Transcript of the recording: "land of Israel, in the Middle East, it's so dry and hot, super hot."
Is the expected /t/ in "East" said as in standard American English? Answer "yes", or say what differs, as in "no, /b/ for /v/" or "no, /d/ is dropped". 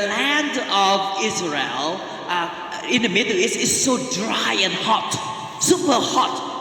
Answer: no, /t/ is dropped